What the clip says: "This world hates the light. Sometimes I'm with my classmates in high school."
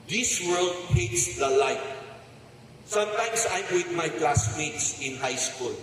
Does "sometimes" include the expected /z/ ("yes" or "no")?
no